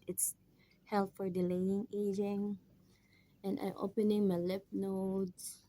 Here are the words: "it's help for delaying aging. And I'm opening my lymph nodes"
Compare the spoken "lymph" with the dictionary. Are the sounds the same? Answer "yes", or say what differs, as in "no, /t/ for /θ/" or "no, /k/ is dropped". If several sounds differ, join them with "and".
no, /m/ is dropped